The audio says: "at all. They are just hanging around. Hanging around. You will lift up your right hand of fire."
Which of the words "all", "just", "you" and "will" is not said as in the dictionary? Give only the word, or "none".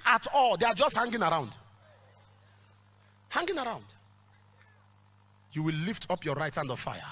none